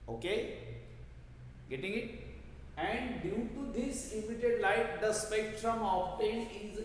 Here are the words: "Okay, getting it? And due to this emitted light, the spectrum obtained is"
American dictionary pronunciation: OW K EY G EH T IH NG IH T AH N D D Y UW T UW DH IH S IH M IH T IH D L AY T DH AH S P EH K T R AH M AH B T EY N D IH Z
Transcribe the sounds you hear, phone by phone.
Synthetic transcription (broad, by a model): OW K EY G EH T IH NG IH T AH N D D Y UW T UW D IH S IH M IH T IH D L AY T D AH S P EH K T R AH M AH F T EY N IH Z